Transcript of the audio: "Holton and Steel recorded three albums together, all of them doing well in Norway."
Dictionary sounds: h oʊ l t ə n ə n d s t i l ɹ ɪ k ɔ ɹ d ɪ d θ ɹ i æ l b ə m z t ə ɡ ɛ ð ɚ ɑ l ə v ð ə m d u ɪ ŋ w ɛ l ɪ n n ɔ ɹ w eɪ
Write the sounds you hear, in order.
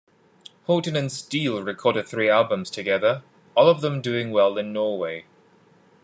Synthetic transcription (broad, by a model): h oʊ t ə n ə n s t i l ɹ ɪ k ɔ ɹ d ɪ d θ ɹ i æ l b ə m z t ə ɡ ɛ ð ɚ ɑ l ə v ð ə m d u ɪ ŋ w ɛ l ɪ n n ɔ w eɪ